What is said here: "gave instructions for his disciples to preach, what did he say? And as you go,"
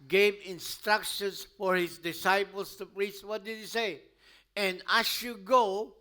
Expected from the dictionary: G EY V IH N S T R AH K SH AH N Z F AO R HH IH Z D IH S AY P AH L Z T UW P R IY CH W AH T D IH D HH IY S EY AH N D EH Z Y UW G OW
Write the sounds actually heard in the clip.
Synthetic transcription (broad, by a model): G EY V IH N S T R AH K SH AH N S F AO R HH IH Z D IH S AY P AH L S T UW P R IY S W AH T D IH D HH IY S EY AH N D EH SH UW G OW